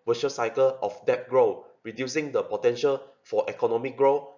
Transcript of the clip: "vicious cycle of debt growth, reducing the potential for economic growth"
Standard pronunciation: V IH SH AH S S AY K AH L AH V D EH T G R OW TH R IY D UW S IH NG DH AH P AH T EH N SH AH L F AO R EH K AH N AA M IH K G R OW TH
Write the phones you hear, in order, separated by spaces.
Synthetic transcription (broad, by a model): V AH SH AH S S AY K AH L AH F D EH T G R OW R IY D UW S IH NG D AH P AH T EH N SH AH L F AO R EH K AH N AA M IH K G R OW